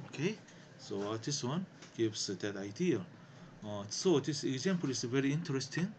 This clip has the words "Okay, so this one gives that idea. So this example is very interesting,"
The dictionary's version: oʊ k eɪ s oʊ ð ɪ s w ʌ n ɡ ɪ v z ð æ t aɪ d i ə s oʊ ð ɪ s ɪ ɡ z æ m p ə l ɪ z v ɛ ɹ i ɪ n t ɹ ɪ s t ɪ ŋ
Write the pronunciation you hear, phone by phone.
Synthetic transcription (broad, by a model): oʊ k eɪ s oʊ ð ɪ s w ʌ n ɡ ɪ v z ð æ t aɪ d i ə s oʊ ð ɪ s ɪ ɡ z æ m p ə l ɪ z v ɛ ɹ i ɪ n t ɹ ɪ s t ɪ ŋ